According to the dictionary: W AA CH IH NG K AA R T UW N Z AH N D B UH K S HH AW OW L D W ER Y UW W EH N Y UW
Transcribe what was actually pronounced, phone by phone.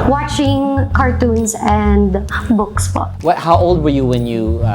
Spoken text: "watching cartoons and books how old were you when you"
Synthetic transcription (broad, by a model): W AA CH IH NG K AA R T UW N S AH N D B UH K S HH AW OW L D W ER Y UW W EH N Y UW